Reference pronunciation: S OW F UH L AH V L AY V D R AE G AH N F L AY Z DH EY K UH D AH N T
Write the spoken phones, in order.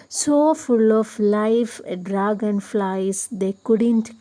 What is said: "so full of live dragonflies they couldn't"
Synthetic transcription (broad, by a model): S OW F UH L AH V L AY F D R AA G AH N F L AY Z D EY K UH D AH N T